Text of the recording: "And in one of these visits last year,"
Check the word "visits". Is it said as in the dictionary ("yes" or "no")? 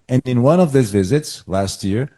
yes